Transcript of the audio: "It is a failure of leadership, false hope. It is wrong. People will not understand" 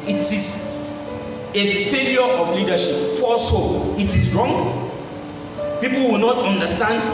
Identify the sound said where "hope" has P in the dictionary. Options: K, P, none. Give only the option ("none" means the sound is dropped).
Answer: none